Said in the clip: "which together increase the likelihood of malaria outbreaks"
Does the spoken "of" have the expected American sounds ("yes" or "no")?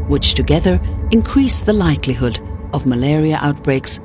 yes